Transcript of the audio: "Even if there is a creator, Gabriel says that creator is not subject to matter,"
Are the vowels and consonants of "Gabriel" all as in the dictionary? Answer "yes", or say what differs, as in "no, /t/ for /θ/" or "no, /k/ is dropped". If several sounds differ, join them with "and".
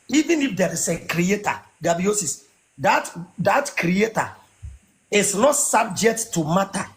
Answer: no, /ɹ/ is dropped